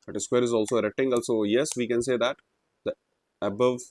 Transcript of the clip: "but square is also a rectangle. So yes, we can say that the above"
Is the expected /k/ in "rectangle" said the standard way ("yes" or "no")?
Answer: no